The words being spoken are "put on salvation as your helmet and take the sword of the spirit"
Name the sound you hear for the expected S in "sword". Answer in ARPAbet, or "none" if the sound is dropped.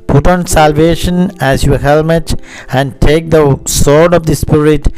S